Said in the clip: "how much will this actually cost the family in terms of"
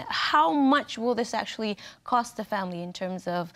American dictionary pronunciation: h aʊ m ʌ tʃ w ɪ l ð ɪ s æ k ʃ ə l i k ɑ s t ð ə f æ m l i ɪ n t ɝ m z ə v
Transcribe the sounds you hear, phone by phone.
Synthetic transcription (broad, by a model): h aʊ m ʌ tʃ w ɪ l ð ɪ s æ k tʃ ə l i k ɑ s t ð ə f æ m l i ɪ n t ɝ m z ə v